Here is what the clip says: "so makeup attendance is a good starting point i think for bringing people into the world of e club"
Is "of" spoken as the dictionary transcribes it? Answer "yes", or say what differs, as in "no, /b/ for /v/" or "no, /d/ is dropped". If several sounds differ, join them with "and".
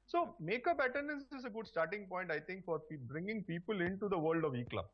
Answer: yes